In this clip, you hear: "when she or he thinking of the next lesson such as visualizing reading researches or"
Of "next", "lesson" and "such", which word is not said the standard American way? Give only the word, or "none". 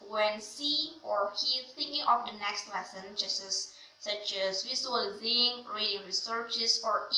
such